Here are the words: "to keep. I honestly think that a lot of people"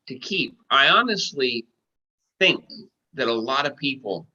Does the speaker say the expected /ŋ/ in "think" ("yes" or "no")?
yes